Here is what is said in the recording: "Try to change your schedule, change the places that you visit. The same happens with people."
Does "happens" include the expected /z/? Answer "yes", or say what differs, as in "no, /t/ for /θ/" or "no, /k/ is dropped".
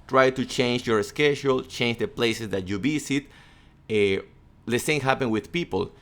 no, /z/ is dropped